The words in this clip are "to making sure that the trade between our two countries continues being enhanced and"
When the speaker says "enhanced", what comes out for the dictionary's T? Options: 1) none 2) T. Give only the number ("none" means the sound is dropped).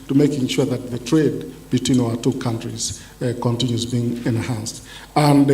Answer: 2